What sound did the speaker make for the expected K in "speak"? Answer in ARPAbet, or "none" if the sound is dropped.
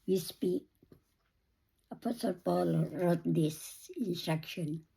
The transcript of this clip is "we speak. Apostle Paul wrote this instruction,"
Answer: none